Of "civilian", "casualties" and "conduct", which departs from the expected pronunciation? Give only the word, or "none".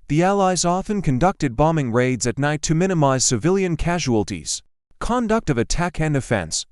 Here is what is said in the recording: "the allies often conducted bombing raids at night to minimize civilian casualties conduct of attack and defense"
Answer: none